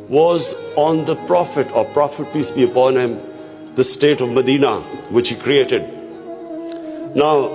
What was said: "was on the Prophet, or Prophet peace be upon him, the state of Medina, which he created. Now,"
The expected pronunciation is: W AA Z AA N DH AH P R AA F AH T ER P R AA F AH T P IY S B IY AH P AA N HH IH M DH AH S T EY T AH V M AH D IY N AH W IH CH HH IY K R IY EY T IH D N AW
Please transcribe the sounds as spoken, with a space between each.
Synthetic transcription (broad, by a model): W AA Z AA N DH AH P R AA F AH T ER P R AA F AH T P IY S B IY AH P AA N HH IH M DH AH S T EY T AH V M AH D IY N AH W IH CH HH IY K R IY EY T IH D N AW